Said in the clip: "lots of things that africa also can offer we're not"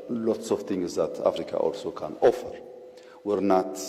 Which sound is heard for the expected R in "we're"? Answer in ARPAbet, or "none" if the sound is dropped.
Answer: R